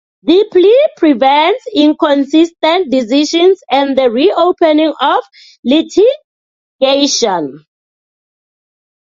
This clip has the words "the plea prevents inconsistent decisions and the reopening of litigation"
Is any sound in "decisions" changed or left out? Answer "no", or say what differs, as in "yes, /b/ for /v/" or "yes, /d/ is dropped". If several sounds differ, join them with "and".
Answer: yes, /ʃ/ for /ʒ/